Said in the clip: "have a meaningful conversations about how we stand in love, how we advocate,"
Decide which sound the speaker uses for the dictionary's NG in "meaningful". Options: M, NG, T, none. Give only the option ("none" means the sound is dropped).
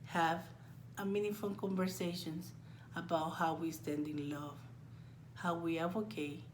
none